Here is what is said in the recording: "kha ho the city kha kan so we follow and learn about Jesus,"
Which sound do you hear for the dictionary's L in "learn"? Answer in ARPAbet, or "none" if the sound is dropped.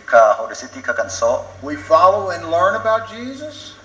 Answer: L